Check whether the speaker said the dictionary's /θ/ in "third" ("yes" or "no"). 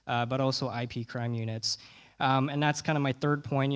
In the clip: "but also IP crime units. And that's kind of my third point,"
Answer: yes